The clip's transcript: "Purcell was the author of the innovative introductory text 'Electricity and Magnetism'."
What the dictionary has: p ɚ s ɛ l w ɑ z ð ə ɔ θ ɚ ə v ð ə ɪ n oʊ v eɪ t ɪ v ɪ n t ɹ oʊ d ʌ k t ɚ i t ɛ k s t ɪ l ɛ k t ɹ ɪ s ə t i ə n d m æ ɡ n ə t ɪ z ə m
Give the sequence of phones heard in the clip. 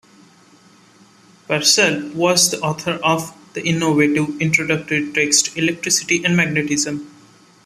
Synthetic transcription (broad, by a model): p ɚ s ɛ l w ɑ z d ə ɔ t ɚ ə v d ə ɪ n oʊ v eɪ t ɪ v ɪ n t ɹ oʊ d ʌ k t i t ɛ k s t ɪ l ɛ k t ɹ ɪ s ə t i ə n d m æ ɡ n ə t ɪ z ə m